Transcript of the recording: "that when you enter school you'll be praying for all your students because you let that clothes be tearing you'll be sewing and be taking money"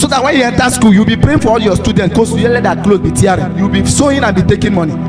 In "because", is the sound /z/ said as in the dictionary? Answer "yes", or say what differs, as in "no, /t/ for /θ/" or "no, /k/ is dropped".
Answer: no, /z/ is dropped